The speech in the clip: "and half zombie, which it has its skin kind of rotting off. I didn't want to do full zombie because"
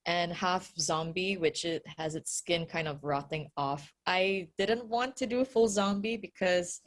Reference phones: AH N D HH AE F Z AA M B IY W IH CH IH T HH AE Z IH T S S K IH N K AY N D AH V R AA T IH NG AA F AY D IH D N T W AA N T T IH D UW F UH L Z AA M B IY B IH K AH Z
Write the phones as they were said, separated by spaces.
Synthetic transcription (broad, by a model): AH N HH AE F Z AA M B IY W IH CH IH T HH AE Z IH T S S K IH N K AY N D AH V R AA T IH NG AA F AY D IH D N T W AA N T T IH D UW F UH L Z AA M B IY B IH K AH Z